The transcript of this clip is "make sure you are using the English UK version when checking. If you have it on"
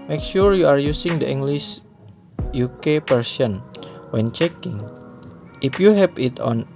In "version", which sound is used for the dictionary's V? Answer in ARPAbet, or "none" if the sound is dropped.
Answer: P